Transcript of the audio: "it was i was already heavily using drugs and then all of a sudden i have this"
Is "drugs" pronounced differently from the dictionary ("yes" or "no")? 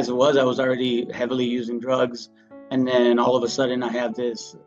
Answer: no